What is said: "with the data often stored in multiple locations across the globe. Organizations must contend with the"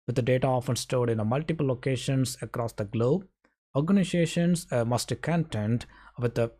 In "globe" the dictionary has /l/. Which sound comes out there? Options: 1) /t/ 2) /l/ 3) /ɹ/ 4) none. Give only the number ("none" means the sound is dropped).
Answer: 2